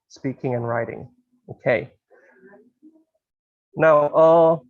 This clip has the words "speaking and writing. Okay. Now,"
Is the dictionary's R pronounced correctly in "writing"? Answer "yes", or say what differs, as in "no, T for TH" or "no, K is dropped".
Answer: yes